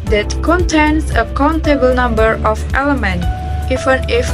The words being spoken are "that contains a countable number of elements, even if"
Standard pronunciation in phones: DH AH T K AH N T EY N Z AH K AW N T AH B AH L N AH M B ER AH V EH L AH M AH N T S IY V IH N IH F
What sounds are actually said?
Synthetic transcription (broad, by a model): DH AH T K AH N T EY N S AH K AW N T AH B AH L N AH M B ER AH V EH L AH M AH N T IY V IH N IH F